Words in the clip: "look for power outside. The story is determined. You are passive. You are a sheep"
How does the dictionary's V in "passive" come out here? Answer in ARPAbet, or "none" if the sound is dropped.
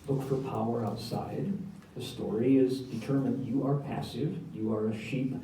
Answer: V